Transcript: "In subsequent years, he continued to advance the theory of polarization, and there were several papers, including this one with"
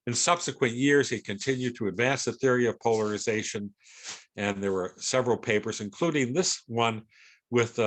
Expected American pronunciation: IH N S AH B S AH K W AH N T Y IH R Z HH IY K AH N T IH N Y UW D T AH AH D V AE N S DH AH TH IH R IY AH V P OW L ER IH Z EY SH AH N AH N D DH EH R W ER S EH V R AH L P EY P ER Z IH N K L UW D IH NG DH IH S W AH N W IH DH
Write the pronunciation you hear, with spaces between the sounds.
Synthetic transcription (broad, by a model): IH N S AH B S AH K W AH N T Y IH R Z HH IY K AH N T IH N Y UW D T AH AH D V AE N S DH AH TH IH R IY AH V P OW L ER IH Z EY SH AH N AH N DH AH R W ER S EH V R L P EY P ER Z IH N K L UW D IH NG DH IH S W AH N W IH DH